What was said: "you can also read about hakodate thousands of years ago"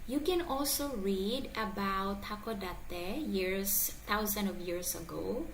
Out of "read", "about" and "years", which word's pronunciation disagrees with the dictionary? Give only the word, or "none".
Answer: years